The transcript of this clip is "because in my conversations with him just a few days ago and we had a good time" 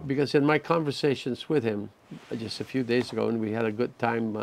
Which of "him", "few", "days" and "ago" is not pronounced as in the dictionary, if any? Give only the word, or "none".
none